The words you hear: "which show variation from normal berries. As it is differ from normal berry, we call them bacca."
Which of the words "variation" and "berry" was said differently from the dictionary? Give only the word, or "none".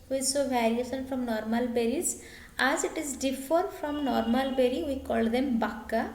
variation